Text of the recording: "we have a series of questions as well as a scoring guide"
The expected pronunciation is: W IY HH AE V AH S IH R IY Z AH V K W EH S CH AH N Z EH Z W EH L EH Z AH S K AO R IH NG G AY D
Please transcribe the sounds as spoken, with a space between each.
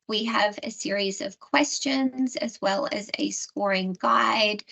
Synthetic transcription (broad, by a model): W IY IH V AH S IH R IY Z AH V K W EH S CH AH N Z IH Z W EH L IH Z AH S K AO R IH NG G AY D